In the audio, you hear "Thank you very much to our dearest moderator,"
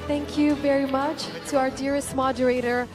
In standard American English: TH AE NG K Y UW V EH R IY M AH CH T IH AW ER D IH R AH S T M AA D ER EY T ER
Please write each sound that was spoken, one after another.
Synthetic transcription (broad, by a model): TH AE NG K Y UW V EH R IY M AH CH T IH AW ER D IH R AH S T M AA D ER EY T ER